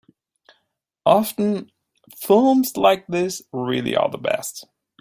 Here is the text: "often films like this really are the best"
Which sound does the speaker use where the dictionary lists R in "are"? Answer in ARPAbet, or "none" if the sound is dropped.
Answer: L